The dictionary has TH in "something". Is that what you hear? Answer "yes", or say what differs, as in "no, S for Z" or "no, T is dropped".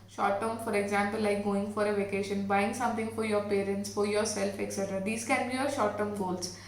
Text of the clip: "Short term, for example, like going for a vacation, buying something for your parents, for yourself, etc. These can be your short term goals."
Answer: no, T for TH